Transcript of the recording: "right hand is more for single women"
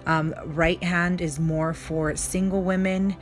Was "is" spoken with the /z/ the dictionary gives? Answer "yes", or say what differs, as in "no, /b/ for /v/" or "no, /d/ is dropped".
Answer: yes